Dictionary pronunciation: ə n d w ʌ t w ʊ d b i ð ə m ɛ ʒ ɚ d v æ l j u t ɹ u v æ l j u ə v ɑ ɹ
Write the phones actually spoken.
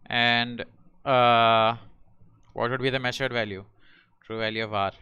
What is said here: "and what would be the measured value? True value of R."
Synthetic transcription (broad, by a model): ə n d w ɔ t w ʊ d b i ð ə m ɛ ʃ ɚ d v æ l j u t ɹ u v æ l j u ə v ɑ ɹ